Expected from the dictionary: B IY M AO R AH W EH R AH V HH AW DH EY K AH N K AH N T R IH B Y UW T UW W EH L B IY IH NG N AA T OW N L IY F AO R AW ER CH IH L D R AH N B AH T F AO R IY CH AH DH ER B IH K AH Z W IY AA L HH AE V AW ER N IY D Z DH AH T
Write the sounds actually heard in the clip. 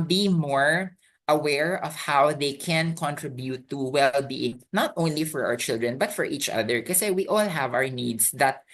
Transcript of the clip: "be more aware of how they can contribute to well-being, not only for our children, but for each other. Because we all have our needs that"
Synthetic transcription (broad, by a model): B IY M AO R AH W EH R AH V HH AW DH EY K AH N K AH N T R IH B Y UW T UW W EH L B IY IH NG N AA T OW N L IY F AO R AW ER CH IH L D R AH N B AH T F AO R IY CH AH DH ER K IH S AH W IY AA L HH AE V AW ER N IY D S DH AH T